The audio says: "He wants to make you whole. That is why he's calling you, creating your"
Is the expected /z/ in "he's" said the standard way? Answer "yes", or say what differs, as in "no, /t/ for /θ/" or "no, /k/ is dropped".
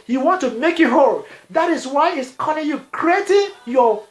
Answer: no, /s/ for /z/